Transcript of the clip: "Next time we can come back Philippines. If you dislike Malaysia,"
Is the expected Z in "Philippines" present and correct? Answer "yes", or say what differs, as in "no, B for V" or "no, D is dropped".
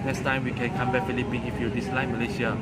no, Z is dropped